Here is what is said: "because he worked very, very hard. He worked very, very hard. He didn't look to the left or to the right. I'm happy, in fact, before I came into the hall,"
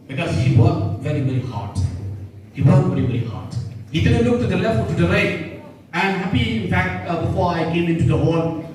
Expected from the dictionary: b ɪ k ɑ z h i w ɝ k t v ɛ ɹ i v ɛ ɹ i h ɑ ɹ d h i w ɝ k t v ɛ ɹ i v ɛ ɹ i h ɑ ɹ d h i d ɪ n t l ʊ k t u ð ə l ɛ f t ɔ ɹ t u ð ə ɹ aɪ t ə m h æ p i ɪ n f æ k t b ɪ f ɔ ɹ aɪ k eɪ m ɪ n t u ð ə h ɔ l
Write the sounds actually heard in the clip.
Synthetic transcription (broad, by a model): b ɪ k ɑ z h i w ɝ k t v ɛ ɹ i v ɛ ɹ i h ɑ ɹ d h i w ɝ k v ɛ ɹ i v ɛ ɹ i h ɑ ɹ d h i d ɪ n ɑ l ʊ k t u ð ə l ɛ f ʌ l t u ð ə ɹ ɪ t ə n h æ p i ɪ n f æ k t b ɪ f ɔ ɹ aɪ k eɪ m ɪ n t u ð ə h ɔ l